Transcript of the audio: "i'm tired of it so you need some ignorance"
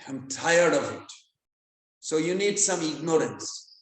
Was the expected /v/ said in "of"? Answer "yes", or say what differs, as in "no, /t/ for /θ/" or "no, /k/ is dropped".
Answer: yes